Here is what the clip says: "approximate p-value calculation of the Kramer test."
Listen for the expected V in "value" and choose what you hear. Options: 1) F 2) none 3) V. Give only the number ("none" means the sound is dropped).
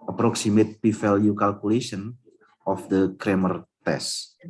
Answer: 1